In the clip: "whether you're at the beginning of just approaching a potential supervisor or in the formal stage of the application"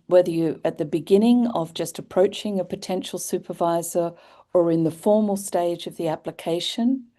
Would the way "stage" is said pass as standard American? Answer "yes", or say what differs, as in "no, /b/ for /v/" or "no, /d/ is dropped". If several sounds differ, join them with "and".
yes